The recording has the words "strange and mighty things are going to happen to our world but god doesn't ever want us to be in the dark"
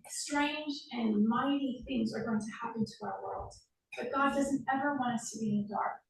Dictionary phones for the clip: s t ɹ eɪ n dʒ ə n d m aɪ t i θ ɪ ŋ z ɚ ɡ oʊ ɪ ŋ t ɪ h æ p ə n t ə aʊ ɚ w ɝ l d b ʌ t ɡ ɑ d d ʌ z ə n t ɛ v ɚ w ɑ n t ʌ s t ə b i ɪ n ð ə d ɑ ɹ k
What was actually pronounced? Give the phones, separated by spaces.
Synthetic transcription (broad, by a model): s t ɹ eɪ n dʒ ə n m aɪ t i θ ɪ ŋ z ɚ ɡ oʊ ɪ ŋ t ɪ h æ p ə n t ə aʊ ɚ w ɝ l d b ʌ t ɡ ɑ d d ʌ z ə n t ɛ v ɚ w ɑ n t ʌ s t ə b i ɪ n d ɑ ɹ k